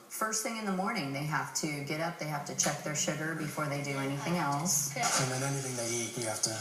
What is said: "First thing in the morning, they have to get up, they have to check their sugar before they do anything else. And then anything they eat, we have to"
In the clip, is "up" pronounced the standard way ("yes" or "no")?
yes